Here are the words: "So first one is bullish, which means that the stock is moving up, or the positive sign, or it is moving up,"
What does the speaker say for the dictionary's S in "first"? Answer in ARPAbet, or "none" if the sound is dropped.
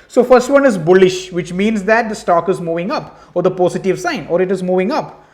S